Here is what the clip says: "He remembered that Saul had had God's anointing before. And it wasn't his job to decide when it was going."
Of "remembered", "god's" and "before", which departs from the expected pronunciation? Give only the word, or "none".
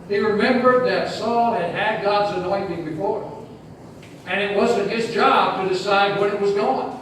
none